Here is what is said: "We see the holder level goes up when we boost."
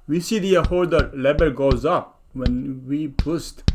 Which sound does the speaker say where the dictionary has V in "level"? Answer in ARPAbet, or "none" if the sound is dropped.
B